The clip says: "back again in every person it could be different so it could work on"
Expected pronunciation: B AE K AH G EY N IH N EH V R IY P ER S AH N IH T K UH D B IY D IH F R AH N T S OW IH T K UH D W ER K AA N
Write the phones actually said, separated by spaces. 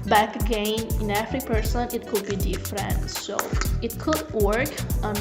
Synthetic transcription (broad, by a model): B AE K AH G EY N IH N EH F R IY P ER S AH N IH T K UH D B IY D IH F R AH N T S OW IH T K UH D W ER K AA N